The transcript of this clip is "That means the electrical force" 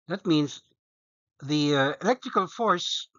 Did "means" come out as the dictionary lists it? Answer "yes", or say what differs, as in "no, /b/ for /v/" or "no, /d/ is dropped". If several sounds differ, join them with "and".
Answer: yes